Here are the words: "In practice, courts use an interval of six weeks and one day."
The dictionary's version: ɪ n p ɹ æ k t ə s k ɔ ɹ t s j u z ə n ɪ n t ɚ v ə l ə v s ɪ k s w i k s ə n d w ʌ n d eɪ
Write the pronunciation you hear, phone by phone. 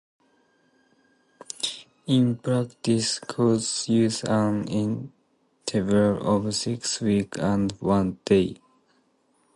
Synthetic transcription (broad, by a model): ɪ n p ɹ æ k t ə s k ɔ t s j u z ə n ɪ n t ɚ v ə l ə v s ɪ k s w i k ə n d w ʌ n d eɪ